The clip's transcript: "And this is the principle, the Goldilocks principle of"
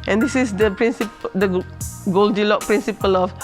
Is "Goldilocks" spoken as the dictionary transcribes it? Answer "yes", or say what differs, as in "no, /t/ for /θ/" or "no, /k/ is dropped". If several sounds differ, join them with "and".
no, /s/ is dropped